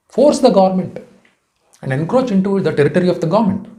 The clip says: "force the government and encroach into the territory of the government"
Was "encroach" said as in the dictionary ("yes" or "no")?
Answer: yes